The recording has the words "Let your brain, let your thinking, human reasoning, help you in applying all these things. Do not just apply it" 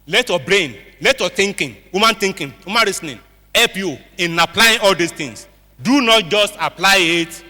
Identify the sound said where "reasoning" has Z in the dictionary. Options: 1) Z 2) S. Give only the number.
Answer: 2